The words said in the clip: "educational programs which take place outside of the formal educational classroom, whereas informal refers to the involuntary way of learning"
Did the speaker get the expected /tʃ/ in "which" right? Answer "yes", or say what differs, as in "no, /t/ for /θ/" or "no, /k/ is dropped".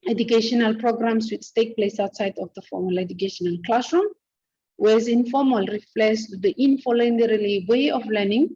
no, /s/ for /tʃ/